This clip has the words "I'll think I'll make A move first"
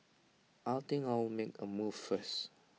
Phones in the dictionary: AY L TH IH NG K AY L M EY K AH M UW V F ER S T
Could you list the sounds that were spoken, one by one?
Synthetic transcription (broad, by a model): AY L T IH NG AY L M EY K AH M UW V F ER S